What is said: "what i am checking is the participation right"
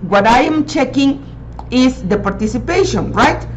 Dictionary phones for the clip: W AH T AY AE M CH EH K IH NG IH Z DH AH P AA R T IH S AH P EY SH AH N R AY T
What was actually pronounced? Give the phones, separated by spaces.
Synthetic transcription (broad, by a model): W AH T AY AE M CH EH K IH NG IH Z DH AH P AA R T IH S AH P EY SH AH N R AY T